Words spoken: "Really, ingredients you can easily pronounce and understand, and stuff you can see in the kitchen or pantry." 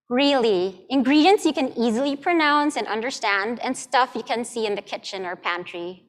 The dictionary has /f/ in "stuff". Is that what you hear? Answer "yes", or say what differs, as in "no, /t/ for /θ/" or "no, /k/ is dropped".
yes